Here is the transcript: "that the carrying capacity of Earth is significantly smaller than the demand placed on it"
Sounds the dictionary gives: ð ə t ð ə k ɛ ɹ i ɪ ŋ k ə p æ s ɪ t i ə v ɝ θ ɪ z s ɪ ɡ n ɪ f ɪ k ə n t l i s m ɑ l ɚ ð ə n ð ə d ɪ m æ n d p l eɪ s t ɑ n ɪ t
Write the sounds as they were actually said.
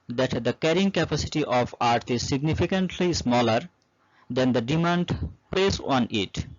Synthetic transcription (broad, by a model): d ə t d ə k ɛ ɹ i ɪ ŋ k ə p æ s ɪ t i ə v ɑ t ɪ z s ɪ ɡ n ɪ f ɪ k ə n t l i s m ɑ l ɚ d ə n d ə d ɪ m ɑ n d p l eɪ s ɑ n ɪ t